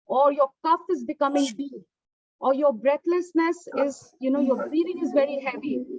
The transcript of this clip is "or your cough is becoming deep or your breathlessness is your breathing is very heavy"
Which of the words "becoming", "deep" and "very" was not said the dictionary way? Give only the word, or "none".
deep